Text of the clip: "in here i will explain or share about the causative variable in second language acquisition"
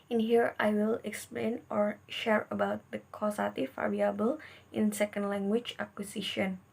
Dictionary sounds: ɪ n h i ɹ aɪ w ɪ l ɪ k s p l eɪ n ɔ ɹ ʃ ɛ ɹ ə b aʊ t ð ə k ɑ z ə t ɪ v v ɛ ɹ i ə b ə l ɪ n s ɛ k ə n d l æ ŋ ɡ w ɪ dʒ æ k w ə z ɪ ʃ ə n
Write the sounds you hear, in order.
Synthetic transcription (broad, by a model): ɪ n h i ɹ aɪ w ɪ l ɪ k s p l eɪ n ɔ ɹ ʃ ɛ ɹ ə b aʊ t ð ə k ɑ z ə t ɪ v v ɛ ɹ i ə b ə l ɪ n s ɛ k ə n d l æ ŋ ɡ w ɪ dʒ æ k w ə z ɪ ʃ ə n